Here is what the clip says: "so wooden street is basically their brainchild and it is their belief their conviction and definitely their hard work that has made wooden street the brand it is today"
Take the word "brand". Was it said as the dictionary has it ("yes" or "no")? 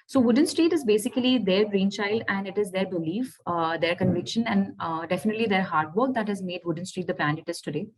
no